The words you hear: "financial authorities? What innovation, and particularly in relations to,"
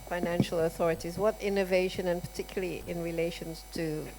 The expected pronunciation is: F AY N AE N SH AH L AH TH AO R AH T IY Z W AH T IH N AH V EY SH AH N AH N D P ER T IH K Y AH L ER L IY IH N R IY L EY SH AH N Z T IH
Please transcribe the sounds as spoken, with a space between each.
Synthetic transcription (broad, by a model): F AY N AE N SH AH L AH TH AO R AH T IY Z W AH T IH N AH V EY SH AH N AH N P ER T IH K Y L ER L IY IH N R IY L EY SH AH N Z T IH